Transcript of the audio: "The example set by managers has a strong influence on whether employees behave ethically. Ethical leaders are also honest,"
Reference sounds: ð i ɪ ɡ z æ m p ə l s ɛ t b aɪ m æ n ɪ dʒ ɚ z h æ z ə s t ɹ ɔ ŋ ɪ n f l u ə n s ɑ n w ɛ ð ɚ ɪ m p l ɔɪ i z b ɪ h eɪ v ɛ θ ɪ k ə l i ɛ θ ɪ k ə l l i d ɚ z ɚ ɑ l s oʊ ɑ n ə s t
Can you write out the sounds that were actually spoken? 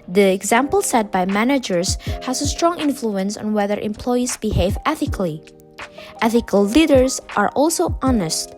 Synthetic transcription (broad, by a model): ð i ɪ ɡ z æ m p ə l s ɛ t b aɪ m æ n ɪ dʒ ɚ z h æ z ə s t ɹ ɔ ŋ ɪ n f l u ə n s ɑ n w ɛ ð ɚ ɪ m p l ɔɪ i z b ɪ h eɪ v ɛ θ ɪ k l i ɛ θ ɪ k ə l l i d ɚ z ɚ ɑ l s oʊ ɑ n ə s t